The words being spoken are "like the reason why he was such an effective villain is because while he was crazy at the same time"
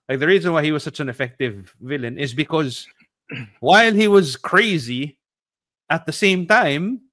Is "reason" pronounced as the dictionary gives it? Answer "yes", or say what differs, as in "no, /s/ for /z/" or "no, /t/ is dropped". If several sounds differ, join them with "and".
yes